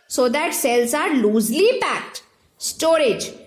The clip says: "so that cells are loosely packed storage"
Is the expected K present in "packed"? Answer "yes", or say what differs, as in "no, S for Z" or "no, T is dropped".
yes